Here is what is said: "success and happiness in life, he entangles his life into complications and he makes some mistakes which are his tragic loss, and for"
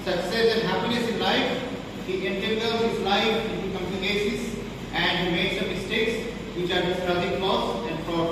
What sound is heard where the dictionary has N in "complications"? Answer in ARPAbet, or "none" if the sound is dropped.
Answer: none